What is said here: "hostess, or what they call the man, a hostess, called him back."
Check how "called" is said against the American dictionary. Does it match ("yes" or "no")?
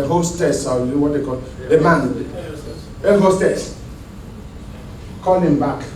no